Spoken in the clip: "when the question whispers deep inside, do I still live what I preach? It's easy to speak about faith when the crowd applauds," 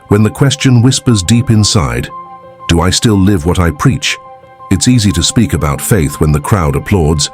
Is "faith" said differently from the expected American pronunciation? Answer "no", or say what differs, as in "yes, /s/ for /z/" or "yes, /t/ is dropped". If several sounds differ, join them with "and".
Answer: no